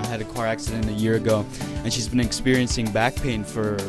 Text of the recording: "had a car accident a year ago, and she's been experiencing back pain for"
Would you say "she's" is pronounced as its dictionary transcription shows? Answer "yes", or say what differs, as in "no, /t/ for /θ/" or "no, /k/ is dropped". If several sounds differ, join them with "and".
yes